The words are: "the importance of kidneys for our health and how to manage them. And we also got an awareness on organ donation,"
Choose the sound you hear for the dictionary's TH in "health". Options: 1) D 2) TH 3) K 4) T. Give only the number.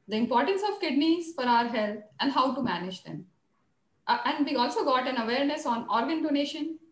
4